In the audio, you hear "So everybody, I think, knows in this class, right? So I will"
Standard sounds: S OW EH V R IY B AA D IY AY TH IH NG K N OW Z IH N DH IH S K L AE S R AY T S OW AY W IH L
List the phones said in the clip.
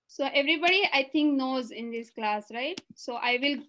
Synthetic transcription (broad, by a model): S OW EH V R IY B AA D IY AY T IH NG K N OW Z IH N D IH S K L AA S R AY T S OW AY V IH L